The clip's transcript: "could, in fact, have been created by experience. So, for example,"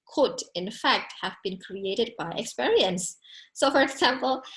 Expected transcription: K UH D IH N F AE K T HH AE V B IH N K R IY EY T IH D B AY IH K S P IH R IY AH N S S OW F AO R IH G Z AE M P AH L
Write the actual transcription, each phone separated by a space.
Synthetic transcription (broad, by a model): K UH D IH N F AE K T HH AE V B IH N K R IY EY T IH D B AY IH K S P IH R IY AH N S S OW F AO R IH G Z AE M P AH L